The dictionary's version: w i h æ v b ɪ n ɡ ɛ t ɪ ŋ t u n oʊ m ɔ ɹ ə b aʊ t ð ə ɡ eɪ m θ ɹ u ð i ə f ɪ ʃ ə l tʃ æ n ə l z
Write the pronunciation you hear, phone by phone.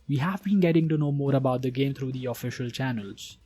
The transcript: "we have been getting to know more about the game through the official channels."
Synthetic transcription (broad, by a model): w i h æ v b ɪ n ɡ ɛ t ɪ ŋ t u n oʊ m ɔ ɹ ə b aʊ t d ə ɡ eɪ m t ɹ u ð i ə f ɪ ʃ ə l tʃ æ n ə l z